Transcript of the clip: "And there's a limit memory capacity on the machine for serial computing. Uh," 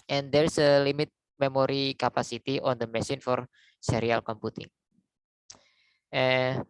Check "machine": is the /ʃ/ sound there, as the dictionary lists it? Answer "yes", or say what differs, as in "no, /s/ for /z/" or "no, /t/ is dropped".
no, /s/ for /ʃ/